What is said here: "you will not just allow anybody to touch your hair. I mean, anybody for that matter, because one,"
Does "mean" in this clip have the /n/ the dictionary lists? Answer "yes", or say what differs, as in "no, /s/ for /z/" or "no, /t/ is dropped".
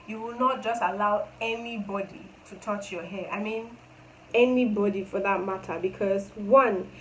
yes